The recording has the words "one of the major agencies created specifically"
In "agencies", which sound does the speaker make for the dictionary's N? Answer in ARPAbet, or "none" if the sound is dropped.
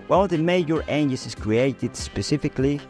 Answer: none